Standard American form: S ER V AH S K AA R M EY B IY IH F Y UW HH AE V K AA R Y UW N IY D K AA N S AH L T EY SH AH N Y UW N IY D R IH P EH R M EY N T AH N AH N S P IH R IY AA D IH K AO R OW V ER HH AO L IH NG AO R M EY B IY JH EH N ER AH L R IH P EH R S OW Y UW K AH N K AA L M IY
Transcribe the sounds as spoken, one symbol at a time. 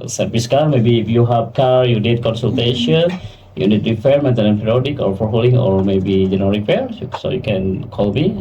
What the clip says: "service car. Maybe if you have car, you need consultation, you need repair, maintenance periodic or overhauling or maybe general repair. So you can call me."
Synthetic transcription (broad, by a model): S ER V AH S K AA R M EY B IY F Y UW HH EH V K AA R Y UW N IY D K AA N S AH L T EY SH AH N Y UW N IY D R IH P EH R M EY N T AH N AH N P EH R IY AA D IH K AO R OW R HH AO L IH NG AO R M EY B IY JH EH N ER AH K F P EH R S OW Y UW K AH N K AA L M IY